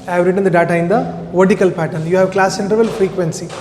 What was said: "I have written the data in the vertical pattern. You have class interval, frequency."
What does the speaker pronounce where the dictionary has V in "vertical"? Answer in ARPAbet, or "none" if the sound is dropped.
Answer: V